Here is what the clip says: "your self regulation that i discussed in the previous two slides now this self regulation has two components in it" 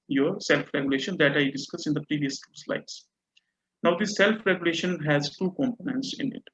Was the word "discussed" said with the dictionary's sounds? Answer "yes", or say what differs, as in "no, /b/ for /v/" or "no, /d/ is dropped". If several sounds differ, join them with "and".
no, /t/ is dropped